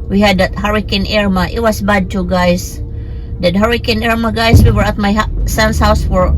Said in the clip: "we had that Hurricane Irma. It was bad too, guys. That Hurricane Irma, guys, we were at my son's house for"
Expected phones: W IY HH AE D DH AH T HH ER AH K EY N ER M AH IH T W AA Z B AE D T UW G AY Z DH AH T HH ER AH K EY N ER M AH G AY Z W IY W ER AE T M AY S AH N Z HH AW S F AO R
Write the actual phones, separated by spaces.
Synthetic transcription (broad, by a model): W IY HH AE D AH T HH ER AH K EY N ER M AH IH T W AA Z B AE D T UW G AY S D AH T HH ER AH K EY N ER M AH G AY S W IY W ER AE T M AY S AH N S HH AW S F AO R